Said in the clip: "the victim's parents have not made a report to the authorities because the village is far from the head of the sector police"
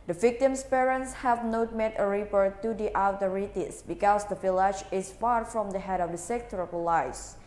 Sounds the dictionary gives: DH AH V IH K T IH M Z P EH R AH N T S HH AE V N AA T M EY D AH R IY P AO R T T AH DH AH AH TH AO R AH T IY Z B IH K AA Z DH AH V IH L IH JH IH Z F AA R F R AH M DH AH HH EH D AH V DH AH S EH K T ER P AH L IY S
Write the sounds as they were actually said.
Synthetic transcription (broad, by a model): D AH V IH K T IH M S P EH R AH N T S HH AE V N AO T M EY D AH R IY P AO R T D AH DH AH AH T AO R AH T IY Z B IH K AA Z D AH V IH L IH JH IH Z F AA R F R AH M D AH HH EH D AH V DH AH S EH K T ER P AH L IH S